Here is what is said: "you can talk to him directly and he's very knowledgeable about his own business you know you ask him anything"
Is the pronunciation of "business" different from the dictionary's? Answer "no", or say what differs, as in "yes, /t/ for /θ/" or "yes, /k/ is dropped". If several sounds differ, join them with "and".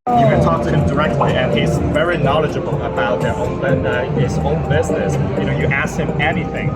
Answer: no